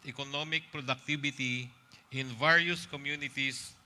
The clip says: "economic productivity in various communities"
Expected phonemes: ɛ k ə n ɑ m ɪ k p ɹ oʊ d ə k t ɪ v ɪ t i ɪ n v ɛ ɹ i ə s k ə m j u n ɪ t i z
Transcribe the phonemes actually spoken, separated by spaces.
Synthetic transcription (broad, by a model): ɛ k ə n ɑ m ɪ k p ɹ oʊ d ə k t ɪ b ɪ t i ɪ n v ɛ ɹ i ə s k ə m j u n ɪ t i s